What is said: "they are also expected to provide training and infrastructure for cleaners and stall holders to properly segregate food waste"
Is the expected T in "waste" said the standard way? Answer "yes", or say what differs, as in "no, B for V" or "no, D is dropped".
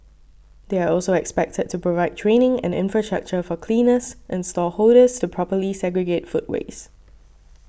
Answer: no, T is dropped